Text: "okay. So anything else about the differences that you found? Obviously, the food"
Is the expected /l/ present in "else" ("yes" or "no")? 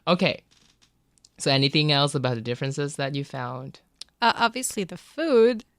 yes